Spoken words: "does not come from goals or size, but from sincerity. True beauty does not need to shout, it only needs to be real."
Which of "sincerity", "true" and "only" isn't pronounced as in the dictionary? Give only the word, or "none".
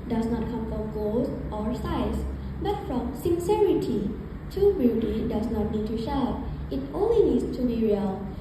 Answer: true